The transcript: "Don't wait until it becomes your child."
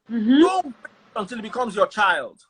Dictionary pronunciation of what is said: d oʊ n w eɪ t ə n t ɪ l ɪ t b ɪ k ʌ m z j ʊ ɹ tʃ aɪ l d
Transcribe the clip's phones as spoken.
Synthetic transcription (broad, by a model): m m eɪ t ə n t ɪ l ɪ t b ɪ k ʌ m z j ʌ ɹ tʃ aɪ l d